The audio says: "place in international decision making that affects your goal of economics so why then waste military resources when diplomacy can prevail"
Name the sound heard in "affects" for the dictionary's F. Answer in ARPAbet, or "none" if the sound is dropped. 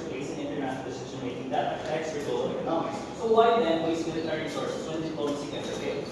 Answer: none